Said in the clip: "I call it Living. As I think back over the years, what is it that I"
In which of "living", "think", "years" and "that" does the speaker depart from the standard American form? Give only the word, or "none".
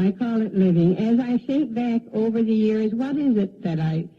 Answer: think